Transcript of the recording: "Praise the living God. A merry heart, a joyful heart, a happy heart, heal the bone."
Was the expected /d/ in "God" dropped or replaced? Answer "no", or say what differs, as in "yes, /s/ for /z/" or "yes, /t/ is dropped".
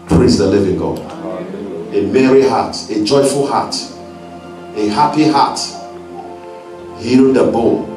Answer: yes, /d/ is dropped